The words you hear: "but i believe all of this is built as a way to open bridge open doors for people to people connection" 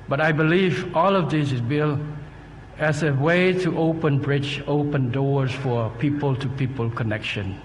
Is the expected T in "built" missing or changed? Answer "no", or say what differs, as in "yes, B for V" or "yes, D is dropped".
yes, T is dropped